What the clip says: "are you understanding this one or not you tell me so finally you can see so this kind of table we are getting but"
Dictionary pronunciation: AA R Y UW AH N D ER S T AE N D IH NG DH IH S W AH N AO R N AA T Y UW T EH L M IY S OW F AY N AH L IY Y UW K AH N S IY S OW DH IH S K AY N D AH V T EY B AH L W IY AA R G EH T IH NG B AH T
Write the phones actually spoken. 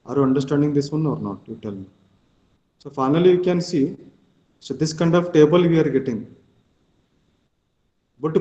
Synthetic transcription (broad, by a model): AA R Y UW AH N D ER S T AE N D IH NG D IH S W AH N AO R N AA T Y UW T EH L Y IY S OW F AY N AH L IY Y UW K AH N S IY S OW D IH S K AY N D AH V T EY B AH L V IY AA R G EH T IH NG B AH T